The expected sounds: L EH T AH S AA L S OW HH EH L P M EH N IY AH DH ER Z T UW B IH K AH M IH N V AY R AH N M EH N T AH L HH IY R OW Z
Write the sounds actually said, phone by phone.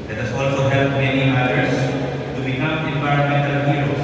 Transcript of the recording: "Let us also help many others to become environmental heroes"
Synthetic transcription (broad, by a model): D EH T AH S AA L S OW HH EH L P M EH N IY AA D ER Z T UW B IH K AH M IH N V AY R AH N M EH N T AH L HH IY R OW